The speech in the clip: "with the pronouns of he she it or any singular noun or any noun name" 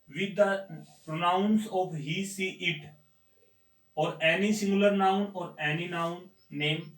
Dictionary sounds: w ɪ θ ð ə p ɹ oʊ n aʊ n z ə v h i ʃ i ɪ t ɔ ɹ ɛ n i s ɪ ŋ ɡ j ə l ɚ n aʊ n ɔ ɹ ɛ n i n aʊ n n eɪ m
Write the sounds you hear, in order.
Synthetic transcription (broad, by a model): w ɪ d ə p ɹ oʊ n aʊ n s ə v h i s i ɪ t ɔ ɹ ɛ n i s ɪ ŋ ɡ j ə l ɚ n aʊ n ɔ ɹ ɛ n i n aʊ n n eɪ m